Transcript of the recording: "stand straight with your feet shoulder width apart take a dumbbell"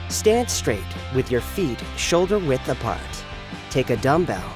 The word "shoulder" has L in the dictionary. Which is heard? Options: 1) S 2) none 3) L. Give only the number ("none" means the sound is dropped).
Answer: 3